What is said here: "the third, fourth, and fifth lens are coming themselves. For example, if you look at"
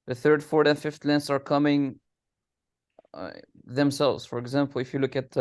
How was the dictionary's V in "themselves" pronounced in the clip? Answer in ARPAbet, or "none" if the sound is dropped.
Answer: V